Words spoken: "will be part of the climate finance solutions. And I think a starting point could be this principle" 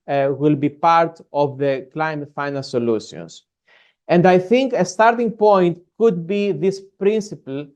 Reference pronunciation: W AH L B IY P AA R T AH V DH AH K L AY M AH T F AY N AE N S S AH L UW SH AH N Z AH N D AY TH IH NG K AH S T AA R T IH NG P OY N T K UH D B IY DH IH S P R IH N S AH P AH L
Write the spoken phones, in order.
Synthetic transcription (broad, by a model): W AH L B IY P AA R T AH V DH AH K L AY M AH T F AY N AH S S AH L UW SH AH N S AH N D AY TH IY NG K AH S T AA R T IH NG P OY N T K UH D B IY DH IH S P R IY N S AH P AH L